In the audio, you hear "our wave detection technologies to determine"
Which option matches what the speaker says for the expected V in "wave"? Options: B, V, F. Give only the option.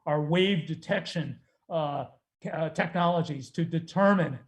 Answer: V